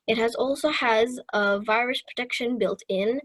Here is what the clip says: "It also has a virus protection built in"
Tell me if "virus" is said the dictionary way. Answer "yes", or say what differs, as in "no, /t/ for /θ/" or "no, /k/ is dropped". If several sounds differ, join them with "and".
yes